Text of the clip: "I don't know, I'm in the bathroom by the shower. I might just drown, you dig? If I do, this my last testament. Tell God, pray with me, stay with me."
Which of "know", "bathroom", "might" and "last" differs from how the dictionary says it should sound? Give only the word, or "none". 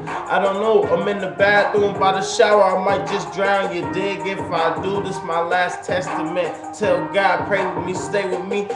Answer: bathroom